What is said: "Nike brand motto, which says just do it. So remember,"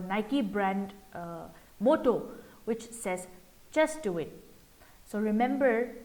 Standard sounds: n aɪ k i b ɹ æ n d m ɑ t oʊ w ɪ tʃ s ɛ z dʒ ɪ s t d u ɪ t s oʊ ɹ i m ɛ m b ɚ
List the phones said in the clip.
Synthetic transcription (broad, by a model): n aɪ k i b ɹ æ n d m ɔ t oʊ w ɪ tʃ s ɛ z tʃ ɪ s t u ɪ t s oʊ ɹ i m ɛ m b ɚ